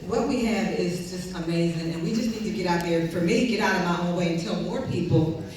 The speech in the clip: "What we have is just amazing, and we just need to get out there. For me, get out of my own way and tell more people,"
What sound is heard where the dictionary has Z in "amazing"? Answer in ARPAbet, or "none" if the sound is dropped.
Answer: Z